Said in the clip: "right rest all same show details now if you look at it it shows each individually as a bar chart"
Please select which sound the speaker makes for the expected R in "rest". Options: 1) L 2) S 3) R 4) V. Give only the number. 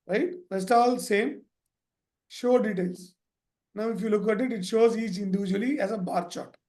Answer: 1